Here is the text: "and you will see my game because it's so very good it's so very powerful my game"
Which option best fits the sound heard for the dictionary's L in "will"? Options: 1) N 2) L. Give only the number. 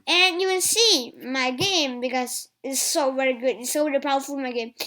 1